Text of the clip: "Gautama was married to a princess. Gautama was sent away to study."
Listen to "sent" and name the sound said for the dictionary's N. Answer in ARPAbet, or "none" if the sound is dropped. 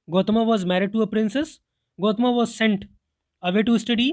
N